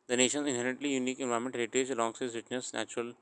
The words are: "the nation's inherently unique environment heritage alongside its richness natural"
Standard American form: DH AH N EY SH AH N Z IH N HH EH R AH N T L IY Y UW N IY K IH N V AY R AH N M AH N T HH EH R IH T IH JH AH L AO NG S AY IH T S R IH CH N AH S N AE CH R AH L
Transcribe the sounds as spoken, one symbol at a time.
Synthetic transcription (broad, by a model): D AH N EY SH AH N Z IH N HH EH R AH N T L IY Y UW N IY K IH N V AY AH M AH N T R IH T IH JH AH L AO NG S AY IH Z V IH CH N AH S N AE CH R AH L